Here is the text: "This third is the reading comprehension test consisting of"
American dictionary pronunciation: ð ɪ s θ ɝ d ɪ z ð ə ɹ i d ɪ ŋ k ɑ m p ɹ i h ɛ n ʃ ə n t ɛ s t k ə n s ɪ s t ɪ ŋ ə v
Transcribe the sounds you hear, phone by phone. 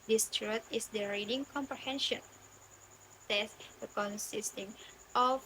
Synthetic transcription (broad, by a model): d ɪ s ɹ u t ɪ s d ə ɹ i d ɪ ŋ k ɑ m p ɹ i h ɛ n ʃ ə n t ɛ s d k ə n s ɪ s t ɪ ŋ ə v